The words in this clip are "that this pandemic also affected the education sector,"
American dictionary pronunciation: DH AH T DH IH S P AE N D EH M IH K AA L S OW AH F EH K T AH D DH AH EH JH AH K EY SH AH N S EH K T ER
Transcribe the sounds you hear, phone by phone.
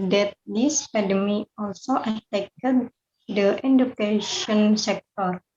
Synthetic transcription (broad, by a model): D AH T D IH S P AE D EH M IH AA L S OW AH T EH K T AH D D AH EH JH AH K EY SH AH N S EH K T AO